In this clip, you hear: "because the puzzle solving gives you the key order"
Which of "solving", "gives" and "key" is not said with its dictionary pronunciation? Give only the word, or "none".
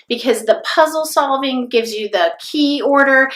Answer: none